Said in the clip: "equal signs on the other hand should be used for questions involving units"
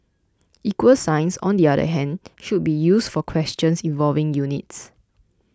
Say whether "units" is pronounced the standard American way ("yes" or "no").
yes